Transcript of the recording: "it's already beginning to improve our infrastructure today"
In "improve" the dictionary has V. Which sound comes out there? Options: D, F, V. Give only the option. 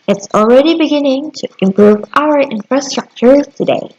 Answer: V